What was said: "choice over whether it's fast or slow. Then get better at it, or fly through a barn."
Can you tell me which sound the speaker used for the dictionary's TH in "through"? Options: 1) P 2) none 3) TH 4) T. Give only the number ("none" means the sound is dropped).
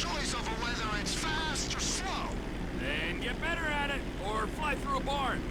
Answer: 3